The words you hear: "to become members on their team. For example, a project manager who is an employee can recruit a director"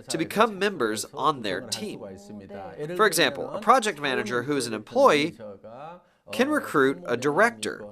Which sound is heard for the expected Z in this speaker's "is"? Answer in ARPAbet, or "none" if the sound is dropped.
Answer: Z